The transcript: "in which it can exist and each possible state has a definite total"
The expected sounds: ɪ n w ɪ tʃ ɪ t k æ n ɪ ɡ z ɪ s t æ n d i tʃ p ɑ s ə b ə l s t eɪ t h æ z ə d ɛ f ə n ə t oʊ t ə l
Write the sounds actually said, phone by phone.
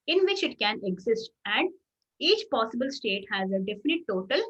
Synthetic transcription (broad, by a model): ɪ n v ɪ tʃ ɪ t k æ n ɪ ɡ z ɪ s t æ n d i tʃ p ɑ s ə b ə l s t eɪ t h æ z ə d ɛ f ə n ə t oʊ t ə l